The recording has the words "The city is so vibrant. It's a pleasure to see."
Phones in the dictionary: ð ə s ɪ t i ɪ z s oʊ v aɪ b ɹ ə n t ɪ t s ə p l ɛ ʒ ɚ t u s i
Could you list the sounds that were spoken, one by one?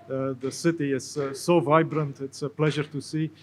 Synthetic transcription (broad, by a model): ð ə s ɪ t i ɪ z s oʊ v aɪ b ɹ ə n t ɪ t s ə p l ɛ ʒ ɚ t u s i